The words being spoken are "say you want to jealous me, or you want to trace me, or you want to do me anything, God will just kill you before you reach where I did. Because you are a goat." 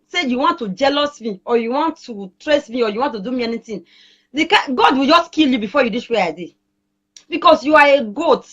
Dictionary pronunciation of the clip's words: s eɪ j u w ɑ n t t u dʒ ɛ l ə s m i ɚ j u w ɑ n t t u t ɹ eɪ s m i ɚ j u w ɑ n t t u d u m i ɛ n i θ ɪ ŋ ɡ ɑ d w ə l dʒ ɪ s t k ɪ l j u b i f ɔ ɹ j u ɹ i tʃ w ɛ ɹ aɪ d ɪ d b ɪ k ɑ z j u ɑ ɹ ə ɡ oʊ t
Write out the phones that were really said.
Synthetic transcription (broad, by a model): s eɪ j u w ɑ n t t u dʒ ɛ l ə s m i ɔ j u w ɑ n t t u t ɹ eɪ s m i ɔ j u w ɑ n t t u d u m i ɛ n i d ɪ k ɡ ɑ d w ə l dʒ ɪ s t k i l j u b i f ɔ j u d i s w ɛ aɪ d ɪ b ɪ k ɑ s j u ɑ ɹ ə ɡ oʊ t